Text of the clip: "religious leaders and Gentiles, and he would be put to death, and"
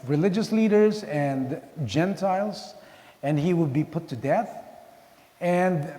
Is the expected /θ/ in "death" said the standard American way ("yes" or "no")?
yes